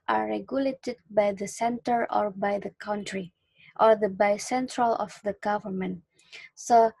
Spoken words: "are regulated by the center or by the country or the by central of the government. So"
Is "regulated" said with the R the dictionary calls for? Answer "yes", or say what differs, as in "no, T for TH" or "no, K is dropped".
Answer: yes